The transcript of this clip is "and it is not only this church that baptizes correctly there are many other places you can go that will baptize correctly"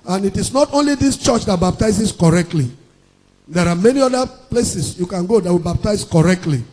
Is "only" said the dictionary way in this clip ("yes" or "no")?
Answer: yes